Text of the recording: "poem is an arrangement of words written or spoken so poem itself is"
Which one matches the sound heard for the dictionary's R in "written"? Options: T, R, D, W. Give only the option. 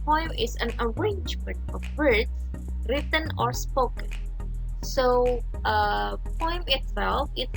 R